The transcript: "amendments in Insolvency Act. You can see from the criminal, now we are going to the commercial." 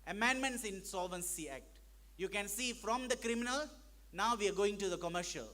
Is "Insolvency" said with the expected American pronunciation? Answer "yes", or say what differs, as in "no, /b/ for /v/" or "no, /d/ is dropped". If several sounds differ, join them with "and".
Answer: yes